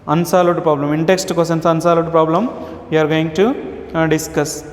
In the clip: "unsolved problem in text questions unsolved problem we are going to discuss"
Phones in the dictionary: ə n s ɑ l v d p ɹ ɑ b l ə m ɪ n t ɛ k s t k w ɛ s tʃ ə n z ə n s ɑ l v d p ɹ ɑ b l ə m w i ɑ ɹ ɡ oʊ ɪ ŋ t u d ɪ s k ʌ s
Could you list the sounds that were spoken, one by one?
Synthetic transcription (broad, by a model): ə n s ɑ l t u p ɹ ɑ b l ə m ɪ n t ɛ k s t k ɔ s ə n s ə n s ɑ l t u p ɹ ɑ b l ə m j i ɑ ɹ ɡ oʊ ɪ ŋ t u d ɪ s k ʌ s